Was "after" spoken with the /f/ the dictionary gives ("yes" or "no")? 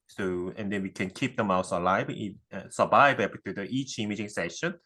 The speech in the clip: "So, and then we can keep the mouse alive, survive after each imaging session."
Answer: no